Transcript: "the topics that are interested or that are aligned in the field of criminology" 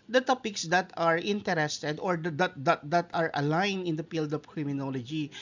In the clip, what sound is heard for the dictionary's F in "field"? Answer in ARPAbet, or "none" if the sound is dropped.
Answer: P